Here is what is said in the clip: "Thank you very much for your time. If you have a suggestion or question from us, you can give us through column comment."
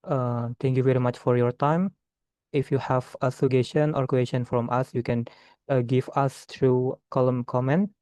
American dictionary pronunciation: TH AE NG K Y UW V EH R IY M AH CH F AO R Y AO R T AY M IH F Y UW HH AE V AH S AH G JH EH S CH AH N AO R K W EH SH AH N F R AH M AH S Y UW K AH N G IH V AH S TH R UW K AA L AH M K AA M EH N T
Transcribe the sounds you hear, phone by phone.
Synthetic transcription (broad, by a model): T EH NG K Y UW V EH R IY M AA CH F AO R Y AO R T AY M IH F Y UW HH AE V AH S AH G EH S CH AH N AO R K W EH S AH N F R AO M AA S Y UW K AH N G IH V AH S T R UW K AA L AH M K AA M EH N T